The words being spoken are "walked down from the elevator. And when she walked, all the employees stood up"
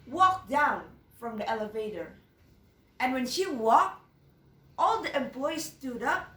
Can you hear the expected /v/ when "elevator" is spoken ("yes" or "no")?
yes